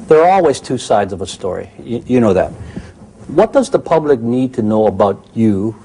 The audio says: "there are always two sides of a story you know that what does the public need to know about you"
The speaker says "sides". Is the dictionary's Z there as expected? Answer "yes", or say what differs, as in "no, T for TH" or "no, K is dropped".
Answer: yes